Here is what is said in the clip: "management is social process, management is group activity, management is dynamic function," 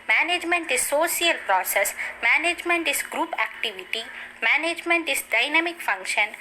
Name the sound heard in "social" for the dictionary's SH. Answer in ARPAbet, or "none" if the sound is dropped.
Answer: S